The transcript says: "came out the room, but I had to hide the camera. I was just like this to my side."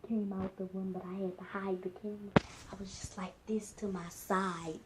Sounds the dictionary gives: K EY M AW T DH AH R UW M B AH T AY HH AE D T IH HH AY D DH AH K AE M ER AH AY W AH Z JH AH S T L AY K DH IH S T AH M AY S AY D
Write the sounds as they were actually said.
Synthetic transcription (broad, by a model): K EY M AW T DH AH W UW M B AH T AY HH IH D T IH HH AY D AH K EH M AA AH W AH Z JH AH S T L AY K DH IH S T AH M AY S AY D